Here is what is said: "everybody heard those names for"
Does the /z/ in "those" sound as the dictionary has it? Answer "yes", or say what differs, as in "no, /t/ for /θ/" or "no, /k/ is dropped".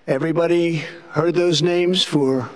yes